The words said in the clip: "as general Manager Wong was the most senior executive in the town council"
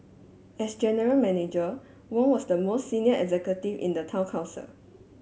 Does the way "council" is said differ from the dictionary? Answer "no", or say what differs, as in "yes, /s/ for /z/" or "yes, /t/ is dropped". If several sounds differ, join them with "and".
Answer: yes, /n/ is dropped